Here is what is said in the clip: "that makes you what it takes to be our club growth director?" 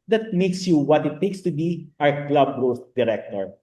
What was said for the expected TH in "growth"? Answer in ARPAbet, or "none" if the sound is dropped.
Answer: S